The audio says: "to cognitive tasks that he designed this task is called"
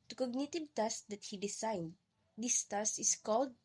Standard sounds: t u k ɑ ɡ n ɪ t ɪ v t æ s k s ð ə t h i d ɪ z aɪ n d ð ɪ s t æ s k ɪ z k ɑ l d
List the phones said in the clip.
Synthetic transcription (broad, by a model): t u k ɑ ɡ n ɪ t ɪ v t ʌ s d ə t h i d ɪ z aɪ n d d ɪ s t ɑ s ɪ s k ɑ l d